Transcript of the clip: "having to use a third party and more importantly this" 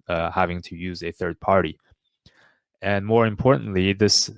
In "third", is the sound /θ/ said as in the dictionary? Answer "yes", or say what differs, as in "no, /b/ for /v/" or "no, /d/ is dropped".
yes